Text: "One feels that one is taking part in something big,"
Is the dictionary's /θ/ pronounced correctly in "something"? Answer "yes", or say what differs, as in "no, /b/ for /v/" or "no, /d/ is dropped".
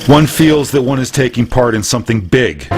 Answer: yes